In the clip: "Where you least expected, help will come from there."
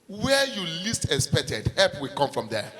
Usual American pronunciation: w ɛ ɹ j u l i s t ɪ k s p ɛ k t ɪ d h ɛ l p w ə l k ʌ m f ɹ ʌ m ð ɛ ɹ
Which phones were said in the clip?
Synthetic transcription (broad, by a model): w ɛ j u l i s t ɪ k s p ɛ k t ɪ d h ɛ p w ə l k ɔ m f ɹ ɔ m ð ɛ